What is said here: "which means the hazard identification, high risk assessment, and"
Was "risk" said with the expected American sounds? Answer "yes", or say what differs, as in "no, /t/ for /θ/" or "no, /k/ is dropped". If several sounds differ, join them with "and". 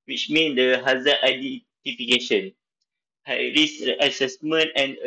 no, /k/ is dropped